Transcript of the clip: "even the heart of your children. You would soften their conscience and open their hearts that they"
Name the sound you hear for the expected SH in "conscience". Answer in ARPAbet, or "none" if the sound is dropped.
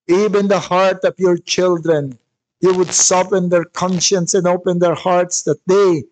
SH